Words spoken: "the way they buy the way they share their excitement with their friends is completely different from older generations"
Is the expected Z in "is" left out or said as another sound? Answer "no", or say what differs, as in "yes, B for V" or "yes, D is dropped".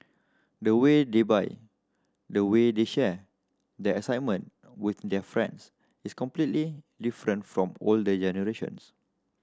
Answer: yes, S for Z